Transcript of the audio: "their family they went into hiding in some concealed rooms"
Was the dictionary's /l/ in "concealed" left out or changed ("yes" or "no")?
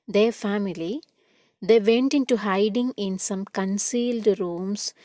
no